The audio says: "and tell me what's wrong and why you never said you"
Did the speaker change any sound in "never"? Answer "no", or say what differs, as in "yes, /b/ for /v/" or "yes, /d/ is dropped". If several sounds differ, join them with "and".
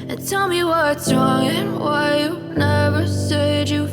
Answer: no